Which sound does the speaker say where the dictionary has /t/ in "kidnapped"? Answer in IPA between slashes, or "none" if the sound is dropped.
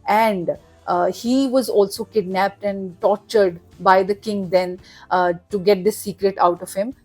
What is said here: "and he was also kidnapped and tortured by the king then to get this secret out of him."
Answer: /t/